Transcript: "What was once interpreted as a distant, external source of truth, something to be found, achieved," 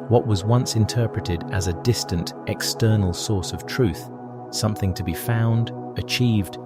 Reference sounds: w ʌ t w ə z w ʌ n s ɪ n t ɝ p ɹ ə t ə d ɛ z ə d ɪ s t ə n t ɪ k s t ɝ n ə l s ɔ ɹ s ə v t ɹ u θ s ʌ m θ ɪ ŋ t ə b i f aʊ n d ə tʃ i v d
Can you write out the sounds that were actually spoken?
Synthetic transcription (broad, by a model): w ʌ t w ə z w ʌ n s ɪ n t ɝ p ɹ ə t ə d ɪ z ə d ɪ s t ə n t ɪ k s t ɝ n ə l s ɔ ɹ s ə v t ɹ u θ s ʌ m θ ɪ ŋ t ə b i f aʊ n d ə tʃ i v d